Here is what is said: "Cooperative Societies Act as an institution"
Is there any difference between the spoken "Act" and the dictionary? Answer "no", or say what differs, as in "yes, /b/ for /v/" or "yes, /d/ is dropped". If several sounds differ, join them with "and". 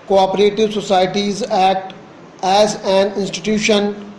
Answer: yes, /k/ is dropped